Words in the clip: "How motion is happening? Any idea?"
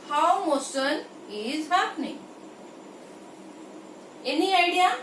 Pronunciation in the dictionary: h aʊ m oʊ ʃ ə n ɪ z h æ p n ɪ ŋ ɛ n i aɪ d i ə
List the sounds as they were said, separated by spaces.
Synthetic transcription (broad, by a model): h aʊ m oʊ s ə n ɪ z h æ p n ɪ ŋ ɛ n i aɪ d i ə